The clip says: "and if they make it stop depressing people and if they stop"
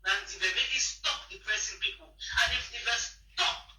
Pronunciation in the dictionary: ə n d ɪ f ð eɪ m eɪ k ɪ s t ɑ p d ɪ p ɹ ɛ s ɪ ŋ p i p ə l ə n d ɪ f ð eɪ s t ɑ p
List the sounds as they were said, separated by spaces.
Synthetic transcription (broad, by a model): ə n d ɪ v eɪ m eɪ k ɪ s t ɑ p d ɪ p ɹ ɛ s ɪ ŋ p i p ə n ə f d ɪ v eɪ s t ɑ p